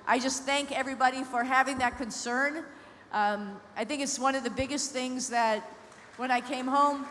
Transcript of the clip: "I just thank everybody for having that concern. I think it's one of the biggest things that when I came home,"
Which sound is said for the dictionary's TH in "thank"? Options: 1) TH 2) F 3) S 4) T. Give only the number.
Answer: 1